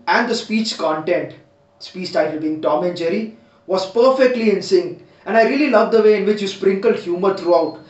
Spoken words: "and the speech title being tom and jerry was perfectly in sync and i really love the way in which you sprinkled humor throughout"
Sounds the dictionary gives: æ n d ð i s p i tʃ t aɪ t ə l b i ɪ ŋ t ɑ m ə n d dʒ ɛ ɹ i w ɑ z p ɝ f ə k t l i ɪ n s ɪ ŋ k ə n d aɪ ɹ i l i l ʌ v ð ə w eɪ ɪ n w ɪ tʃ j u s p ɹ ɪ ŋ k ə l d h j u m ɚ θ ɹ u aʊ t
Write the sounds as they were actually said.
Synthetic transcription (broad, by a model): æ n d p i s p i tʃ t aɪ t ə l b i ɪ ŋ t ɑ m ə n dʒ ɛ ɹ i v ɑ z p ɝ f ə k t l i ɪ n s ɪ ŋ ə n d aɪ ɹ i l i l ʌ v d ə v eɪ ɪ n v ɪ tʃ j u s p ɹ ɪ ŋ k ə l d h j u m ɚ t ɹ u aʊ t